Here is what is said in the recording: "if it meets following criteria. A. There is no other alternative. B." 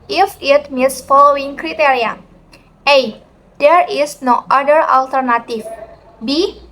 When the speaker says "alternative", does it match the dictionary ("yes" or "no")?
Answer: no